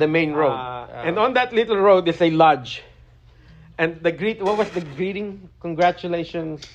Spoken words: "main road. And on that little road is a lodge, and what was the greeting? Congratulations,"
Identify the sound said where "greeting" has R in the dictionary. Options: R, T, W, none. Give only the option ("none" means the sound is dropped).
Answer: R